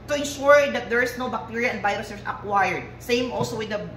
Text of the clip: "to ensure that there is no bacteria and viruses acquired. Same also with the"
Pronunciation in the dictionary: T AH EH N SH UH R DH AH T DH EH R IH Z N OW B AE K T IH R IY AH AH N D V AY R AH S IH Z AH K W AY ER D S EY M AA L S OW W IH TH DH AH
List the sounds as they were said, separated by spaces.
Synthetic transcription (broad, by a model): T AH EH N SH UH R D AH T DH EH R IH S N OW B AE K T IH R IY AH AH N D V AY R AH S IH S AH K W AY ER D S EY M AA L S OW W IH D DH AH